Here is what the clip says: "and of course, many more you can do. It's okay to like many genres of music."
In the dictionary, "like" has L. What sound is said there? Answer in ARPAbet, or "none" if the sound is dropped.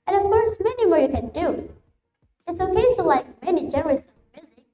L